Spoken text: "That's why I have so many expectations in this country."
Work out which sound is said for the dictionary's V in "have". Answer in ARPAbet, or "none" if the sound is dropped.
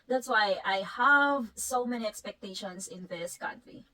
V